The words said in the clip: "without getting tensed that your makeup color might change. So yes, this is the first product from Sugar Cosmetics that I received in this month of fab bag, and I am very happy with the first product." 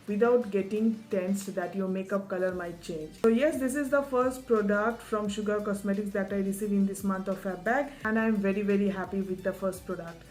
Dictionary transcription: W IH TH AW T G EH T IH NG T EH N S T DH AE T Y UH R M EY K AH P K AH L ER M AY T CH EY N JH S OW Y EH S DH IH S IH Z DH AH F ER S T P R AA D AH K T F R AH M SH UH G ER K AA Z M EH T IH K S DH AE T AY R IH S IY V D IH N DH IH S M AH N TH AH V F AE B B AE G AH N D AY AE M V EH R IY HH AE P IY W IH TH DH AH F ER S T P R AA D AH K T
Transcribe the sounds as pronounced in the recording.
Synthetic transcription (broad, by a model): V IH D AW T G EH T IH NG T EH N S T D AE T Y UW M EY K AH P K AH L ER M AY T CH EY N JH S OW Y EH S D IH S IH Z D AH F ER S T P R AA D AH K T F R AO M SH UH G ER K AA S M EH T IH K S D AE T AY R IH S IY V IH N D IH S M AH N T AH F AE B B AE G AH N D AY M V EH R IY HH AE P IY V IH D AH F ER S T P R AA D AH K T